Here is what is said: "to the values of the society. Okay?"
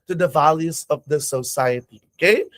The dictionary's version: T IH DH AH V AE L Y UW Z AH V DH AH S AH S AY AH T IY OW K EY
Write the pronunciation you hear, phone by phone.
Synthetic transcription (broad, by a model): T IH DH AH V AE L Y UW Z AH V DH AH S AH S AY AH T IY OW K EY